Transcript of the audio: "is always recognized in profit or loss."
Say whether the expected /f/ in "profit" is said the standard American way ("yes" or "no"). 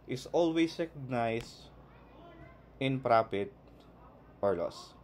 no